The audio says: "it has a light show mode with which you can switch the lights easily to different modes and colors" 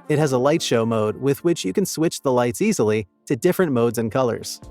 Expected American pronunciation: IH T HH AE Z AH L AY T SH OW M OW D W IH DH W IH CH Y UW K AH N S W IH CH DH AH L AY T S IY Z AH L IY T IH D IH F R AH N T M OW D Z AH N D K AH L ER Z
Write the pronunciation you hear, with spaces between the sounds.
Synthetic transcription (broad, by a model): IH T HH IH Z AH L AY T SH OW M OW D W IH DH W IH CH Y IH K AH N S W IH CH DH AH L AY T S IY Z L IY T IH D IH F R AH N M OW D Z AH N K AH L ER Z